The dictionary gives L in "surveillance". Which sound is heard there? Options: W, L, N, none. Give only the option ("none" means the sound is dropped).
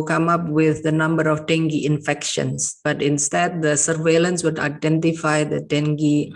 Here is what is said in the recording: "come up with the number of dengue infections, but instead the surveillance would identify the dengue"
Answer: L